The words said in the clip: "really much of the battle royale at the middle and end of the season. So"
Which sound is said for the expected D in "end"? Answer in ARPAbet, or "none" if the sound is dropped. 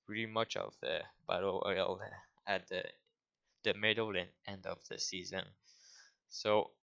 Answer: D